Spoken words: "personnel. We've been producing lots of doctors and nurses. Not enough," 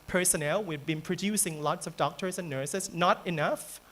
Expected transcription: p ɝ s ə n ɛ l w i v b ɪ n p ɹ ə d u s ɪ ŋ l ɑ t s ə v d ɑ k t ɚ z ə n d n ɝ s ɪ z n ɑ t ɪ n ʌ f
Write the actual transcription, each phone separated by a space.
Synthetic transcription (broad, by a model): p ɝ s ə n ɛ l w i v b ɪ n p ɹ ə d u s ɪ ŋ l ɑ t s ə v d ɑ k t ɚ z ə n n ɝ s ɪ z n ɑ t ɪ n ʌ f